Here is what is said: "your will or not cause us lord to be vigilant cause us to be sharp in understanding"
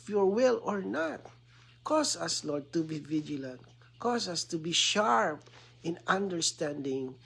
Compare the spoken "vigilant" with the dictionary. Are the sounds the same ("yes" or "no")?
yes